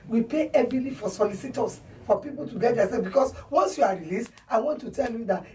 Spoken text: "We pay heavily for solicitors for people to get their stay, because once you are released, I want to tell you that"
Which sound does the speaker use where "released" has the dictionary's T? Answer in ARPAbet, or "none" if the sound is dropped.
T